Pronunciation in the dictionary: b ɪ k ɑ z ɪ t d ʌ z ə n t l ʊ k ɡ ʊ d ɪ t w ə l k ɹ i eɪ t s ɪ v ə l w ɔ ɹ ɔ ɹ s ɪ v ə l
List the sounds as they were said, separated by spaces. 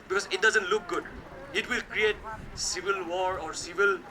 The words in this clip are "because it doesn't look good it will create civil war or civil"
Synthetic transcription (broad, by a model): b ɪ k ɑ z ɪ t d ʌ z ə n t l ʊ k ɡ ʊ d ɪ t w ə l k ɹ i eɪ t s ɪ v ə l w ɔ ɹ ɔ ɹ s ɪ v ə l